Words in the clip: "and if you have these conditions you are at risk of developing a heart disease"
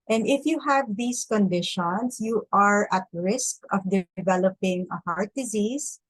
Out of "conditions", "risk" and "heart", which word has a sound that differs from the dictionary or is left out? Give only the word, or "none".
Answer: conditions